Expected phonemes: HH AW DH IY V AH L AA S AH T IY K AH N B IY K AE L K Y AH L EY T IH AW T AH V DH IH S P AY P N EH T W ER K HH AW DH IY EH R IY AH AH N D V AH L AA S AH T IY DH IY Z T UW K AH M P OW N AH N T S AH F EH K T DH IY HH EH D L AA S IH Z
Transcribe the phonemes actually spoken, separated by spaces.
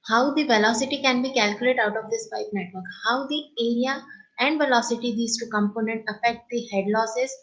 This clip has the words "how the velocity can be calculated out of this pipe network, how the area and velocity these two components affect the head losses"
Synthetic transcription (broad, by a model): HH AW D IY V AH L AA S AH T IY K AH N B IY K AE L K Y AH L EY T IH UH T AH V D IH S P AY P N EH T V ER K HH AW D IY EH R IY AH AH N D V AH L AA S AH T IY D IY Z T UW K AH M P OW N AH N T AH F EH K T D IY HH EH D L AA S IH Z